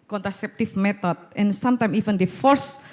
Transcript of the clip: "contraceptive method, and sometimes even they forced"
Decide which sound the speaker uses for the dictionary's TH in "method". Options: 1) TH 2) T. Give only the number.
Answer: 2